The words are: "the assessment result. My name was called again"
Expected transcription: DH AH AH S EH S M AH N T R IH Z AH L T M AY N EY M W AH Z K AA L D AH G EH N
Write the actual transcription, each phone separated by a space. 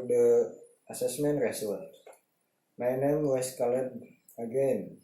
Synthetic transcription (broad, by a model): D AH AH S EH S M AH N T R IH S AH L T M AY N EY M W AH S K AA L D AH G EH N